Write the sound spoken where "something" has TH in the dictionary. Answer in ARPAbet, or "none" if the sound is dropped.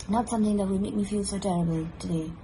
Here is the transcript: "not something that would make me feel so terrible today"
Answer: TH